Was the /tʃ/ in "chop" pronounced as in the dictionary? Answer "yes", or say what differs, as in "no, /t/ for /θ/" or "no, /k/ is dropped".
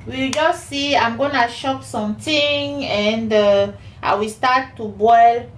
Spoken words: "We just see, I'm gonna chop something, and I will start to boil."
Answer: no, /ʃ/ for /tʃ/